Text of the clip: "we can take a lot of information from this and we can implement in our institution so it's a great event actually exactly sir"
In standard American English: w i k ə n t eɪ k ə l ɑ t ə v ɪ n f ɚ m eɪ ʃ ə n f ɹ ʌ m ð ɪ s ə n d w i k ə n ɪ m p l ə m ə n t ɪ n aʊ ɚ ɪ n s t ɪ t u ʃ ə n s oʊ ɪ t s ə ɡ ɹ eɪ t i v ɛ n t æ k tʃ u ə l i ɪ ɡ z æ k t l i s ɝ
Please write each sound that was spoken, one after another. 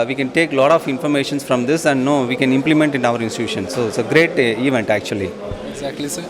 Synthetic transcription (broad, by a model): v i k ə n t eɪ k l ɑ t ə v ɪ n f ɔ m eɪ ʃ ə n f ɹ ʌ m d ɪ s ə n d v i k ə n ɪ m p l ə m ə n t ɪ n aʊ ɚ ɪ n s t ɪ t u ʃ ə n s oʊ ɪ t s ə ɡ ɹ eɪ t i v ɛ n t æ k tʃ u ə l i ɪ ɡ z æ k t l i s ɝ